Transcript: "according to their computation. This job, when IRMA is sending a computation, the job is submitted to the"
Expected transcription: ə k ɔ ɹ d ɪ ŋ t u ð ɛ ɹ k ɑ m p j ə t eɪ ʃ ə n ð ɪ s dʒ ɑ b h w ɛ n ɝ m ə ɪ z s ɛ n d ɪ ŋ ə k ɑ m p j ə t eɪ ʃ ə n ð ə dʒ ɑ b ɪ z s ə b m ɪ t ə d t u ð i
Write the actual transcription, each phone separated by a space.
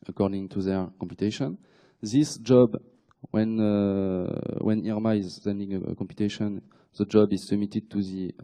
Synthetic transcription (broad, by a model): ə k ɔ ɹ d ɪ ŋ t u ð ɛ ɹ k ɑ m p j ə t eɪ ʃ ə n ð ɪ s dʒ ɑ b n w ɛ n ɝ m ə ɪ z s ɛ n d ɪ ŋ ə k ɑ m p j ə t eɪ ʃ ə n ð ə dʒ ɑ b ɪ z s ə m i t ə d t u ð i